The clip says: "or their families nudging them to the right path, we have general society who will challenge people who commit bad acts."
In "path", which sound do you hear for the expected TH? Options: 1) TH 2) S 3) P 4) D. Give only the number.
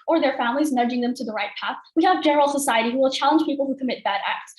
1